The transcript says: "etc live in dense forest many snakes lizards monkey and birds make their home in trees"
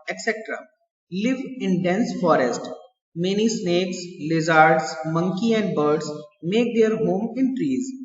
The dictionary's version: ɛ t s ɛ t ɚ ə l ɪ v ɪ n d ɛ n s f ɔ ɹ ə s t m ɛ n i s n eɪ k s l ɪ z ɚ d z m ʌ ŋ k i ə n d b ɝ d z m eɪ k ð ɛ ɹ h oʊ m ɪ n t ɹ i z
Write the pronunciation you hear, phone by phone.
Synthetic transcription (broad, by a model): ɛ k s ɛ t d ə l ɪ v ɪ n d ɛ n s f ɔ ɹ ə s t m ɛ n i s n eɪ k s l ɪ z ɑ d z m ʌ ŋ k i ə n d b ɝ d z m eɪ k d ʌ ɹ h oʊ m ɪ n t ɹ i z